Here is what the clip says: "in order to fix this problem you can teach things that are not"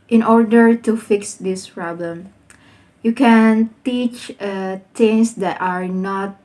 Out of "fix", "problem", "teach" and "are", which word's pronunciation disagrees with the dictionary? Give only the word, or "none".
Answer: none